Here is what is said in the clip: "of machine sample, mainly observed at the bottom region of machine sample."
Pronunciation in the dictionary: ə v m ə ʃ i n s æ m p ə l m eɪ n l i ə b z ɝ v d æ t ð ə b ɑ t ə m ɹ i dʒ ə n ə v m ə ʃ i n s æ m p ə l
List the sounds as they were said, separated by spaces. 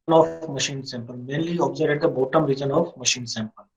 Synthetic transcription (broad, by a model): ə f m ə ʃ i n s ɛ m p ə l m eɪ n l i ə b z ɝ d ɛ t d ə b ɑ t ə m ɹ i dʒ ə n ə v m ə ʃ i n s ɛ m p ə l